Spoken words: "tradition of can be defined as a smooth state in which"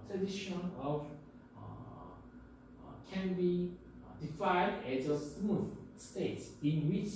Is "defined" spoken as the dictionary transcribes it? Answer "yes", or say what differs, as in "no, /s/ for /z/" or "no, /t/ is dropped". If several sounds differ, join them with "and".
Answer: no, /n/ is dropped